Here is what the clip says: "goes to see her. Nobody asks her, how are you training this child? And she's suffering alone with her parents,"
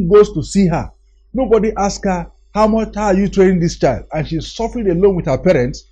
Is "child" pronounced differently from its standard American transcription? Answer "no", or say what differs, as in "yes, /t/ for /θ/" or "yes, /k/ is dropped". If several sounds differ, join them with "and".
no